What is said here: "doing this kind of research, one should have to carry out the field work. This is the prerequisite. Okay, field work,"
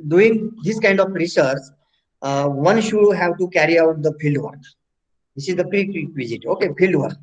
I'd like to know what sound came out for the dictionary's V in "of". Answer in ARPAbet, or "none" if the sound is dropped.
P